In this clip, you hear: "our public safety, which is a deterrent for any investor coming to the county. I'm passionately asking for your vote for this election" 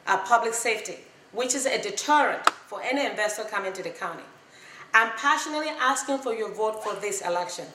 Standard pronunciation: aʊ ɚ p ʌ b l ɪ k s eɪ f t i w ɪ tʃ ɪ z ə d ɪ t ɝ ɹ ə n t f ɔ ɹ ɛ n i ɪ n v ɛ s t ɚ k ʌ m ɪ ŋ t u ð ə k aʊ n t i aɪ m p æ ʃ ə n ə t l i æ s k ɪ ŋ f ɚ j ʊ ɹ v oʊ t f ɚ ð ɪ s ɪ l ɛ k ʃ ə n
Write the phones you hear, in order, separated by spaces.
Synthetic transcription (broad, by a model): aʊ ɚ p ʌ b l ɪ k s eɪ f t i w ɪ tʃ ɪ z ə d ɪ t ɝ ɹ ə n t f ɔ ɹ ɛ n i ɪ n v ɛ s t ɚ k ʌ m ɪ ŋ t u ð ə k aʊ n t i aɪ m p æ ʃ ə n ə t l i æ s k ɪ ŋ f ɚ j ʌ ɹ v oʊ t f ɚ ð ɪ s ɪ l ɛ k ʃ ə n